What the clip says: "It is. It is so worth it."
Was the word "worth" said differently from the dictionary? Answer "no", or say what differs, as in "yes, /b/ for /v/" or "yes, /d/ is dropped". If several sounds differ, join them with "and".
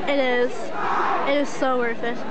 yes, /f/ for /θ/